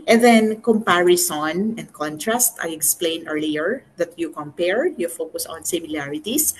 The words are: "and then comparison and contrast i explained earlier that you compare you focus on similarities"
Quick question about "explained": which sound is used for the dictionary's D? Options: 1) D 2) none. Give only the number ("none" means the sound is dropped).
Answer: 2